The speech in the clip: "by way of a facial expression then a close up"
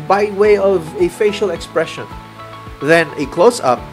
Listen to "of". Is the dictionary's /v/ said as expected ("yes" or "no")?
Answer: yes